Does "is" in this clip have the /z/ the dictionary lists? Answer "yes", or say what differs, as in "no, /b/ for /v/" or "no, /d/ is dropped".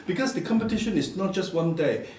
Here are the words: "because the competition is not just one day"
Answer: no, /s/ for /z/